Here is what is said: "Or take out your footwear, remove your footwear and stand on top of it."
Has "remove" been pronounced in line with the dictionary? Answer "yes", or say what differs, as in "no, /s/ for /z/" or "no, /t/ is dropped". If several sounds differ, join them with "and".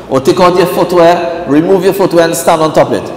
yes